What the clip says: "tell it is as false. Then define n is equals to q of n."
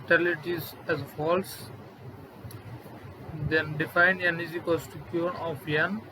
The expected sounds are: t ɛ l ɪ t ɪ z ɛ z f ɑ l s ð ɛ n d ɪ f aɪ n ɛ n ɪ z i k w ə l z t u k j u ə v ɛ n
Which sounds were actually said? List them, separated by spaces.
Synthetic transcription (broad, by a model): t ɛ l ɪ t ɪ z ɛ z f ɑ l s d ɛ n d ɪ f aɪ n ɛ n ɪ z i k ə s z t u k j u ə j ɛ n